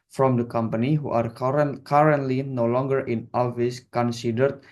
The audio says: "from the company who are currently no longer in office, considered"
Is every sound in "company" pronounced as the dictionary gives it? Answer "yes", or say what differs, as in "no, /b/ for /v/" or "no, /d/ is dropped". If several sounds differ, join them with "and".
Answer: yes